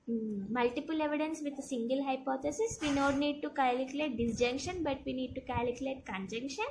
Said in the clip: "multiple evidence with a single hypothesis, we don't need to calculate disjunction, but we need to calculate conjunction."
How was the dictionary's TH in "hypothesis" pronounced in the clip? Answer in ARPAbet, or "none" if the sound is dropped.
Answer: T